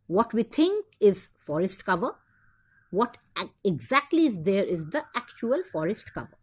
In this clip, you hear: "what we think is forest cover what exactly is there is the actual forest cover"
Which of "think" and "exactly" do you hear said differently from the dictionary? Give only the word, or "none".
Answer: think